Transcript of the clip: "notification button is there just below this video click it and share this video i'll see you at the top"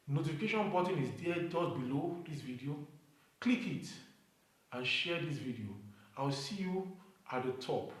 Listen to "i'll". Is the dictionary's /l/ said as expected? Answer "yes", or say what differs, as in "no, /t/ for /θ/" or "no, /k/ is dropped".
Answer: no, /w/ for /l/